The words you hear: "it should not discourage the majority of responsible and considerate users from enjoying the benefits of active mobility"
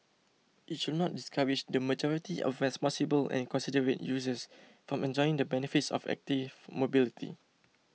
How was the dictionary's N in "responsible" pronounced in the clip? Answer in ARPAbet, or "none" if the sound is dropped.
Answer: none